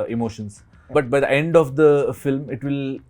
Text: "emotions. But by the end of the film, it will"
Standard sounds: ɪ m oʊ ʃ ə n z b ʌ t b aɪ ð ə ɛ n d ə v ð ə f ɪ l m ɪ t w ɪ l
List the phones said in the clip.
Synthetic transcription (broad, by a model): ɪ m oʊ ʃ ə n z b ʌ t b aɪ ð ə ɛ n d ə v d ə f ɪ l m ɪ t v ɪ l